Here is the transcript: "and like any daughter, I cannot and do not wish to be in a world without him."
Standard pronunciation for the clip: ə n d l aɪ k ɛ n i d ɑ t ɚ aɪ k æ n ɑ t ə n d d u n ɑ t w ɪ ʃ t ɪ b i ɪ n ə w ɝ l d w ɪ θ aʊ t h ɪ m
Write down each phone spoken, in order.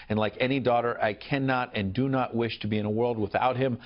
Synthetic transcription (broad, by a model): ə n l aɪ k ɛ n i d ɑ t ɚ aɪ k æ n ɑ t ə n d d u n ɑ t w ɪ ʃ t ɪ b i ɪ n ə w ɝ l d w ɪ θ aʊ t h ɪ m